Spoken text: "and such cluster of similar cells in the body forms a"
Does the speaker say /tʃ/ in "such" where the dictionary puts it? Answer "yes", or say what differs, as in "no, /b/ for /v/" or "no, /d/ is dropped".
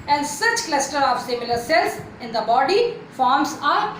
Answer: yes